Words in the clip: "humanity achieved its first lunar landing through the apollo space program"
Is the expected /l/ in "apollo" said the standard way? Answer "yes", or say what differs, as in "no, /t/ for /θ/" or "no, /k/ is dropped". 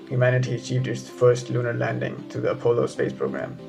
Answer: yes